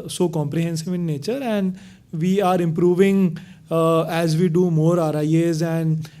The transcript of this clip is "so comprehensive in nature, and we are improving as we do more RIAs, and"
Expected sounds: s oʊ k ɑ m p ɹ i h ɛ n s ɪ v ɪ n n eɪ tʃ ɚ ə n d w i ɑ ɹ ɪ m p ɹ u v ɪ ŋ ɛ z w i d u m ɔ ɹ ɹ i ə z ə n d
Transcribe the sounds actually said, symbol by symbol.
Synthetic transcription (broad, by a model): s oʊ k ɑ m p ɹ i h ɛ n s ɪ v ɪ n n eɪ tʃ ɚ ə n d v i ɑ ɹ ɪ m p ɹ u v ɪ ŋ ɛ z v i d u m ɔ ɹ ɹ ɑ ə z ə n d